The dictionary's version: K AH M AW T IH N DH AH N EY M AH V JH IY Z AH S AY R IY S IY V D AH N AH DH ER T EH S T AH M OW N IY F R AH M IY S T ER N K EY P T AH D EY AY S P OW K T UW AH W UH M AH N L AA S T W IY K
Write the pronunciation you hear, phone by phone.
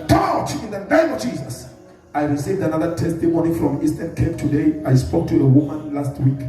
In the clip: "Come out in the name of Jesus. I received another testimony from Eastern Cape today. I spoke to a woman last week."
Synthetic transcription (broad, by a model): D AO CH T IH N DH AH N EY M AH V JH IY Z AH S AY R IY S IY V D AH N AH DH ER T EH S T AH M OW N IY F R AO M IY S T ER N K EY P T AH D EY AY S P OW K T UW AH W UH M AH N L AA S T W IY K